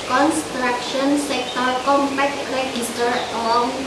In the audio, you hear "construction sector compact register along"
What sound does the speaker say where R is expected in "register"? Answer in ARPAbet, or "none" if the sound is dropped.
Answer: L